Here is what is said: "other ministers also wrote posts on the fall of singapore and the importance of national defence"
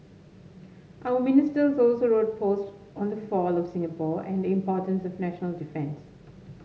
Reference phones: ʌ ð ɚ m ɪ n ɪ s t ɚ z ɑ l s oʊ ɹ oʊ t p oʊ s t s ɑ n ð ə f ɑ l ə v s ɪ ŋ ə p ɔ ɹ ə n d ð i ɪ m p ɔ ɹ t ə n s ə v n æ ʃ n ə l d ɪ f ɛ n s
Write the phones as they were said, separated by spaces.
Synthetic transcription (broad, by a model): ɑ ɚ m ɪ n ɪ s t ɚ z ɑ l s oʊ ɹ oʊ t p oʊ s t ɑ n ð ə f ɑ l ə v s ɪ ŋ ə p ɔ ɹ ə n d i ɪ m p ɔ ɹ t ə n s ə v n æ ʃ n ə l d ɪ f ɛ n s